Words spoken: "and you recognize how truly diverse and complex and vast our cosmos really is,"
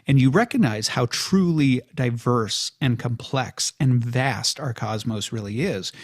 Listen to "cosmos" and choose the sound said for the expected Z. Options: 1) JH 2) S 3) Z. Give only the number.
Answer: 3